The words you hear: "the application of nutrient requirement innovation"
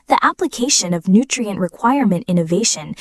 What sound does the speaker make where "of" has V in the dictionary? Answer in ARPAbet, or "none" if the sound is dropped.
V